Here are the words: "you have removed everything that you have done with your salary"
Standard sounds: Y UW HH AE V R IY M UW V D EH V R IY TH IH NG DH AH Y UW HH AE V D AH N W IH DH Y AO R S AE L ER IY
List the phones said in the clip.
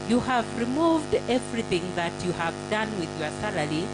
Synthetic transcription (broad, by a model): Y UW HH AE V R IY M UW V D EH V R IY TH IH NG DH AH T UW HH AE V D AH N W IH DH Y AO R S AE L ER IY